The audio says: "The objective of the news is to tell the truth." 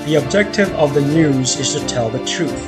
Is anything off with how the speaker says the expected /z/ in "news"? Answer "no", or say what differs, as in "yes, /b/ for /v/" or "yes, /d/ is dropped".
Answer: no